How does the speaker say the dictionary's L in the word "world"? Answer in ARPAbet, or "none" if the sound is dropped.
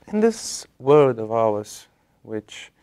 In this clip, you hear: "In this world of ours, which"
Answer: none